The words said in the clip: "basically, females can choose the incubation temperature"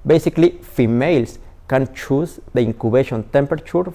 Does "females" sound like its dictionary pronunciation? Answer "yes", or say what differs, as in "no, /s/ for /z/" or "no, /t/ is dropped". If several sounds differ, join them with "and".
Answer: no, /s/ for /z/